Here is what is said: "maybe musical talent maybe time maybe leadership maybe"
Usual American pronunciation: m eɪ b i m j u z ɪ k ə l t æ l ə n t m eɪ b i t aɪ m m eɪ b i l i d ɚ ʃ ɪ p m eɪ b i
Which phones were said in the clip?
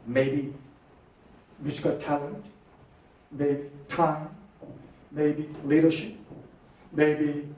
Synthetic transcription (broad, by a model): m eɪ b i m j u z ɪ k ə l t æ l ə n t m eɪ b i t aɪ m m eɪ b i l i d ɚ ʃ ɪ p m eɪ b i